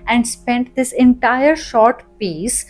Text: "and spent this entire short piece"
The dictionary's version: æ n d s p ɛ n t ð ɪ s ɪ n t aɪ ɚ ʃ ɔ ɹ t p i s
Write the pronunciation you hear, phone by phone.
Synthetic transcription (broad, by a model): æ n d s p ɛ n t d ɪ s ɪ n t aɪ ɚ ʃ ɔ ɹ t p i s